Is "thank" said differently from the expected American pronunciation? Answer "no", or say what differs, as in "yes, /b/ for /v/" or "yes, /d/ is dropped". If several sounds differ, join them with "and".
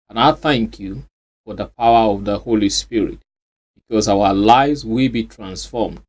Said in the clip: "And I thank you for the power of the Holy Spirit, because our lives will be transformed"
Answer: no